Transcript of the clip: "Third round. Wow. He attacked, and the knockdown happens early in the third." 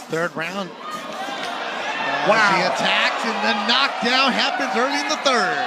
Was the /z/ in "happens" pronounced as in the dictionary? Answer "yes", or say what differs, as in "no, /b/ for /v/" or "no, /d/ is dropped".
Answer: yes